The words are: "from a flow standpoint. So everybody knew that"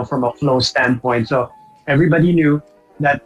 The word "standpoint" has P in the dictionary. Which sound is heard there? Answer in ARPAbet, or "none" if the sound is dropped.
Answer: P